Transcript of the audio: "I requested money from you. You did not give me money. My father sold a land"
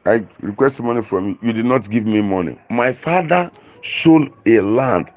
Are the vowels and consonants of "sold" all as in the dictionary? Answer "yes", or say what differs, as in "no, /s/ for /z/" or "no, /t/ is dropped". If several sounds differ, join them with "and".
no, /d/ is dropped